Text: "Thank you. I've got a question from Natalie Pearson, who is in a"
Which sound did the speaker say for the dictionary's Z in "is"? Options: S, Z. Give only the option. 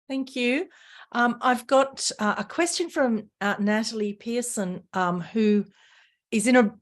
Z